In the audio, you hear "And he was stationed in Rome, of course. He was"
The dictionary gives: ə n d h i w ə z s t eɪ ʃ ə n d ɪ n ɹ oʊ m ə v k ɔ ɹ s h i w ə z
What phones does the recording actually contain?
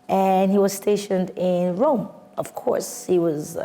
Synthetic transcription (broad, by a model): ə n h i w ə z s t eɪ ʃ ə n d ɪ n ɹ oʊ m ə v k ɔ ɹ s h i w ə z